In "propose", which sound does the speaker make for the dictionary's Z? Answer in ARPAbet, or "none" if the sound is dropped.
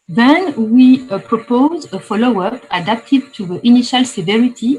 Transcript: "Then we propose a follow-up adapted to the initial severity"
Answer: Z